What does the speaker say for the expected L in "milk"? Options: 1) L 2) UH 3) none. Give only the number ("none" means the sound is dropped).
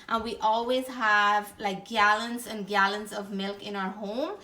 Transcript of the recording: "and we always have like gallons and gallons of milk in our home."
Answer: 1